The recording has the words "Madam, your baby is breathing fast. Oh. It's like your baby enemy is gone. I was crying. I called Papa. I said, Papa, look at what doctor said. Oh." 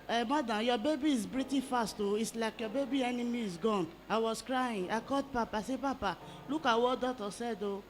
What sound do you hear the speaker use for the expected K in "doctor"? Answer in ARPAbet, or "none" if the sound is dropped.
none